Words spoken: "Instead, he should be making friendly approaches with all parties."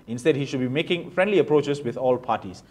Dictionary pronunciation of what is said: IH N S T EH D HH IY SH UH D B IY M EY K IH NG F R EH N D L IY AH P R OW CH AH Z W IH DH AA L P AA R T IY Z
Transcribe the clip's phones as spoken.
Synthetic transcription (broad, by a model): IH N S T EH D HH IY SH UH D B IY M EY K IH NG F R EH N D L IY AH P R OW CH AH S W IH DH AA L P AA T IY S